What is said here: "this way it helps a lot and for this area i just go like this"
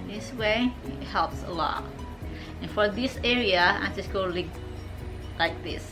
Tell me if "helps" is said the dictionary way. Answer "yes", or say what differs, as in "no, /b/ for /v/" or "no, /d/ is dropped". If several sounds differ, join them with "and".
yes